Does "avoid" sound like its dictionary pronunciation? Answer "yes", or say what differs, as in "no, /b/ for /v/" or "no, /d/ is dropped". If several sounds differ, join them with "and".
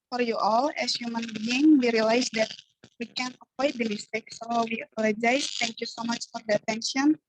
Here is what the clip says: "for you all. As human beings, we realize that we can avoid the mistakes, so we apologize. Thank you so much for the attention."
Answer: no, /p/ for /v/